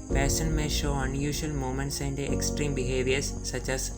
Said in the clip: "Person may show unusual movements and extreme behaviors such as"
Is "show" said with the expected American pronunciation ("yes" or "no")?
yes